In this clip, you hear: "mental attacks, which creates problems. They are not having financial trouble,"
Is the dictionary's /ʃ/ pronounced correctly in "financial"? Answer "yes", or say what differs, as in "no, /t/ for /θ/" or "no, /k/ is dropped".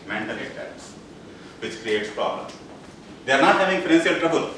no, /s/ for /ʃ/